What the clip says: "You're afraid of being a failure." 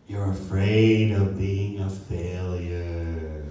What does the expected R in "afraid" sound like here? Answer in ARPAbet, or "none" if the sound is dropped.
R